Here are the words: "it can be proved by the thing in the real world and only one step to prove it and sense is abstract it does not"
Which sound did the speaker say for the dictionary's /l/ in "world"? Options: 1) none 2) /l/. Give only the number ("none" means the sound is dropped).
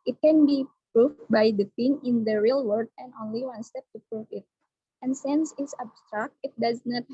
1